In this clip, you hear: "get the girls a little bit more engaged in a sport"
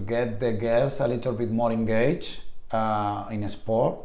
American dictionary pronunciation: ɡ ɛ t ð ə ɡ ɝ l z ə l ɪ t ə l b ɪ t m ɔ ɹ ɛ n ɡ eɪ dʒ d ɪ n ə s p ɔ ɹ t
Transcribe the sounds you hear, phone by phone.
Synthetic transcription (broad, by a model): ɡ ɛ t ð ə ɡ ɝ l s ə l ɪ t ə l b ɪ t m ɔ ɹ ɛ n ɡ eɪ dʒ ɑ ɪ n ə s p ɔ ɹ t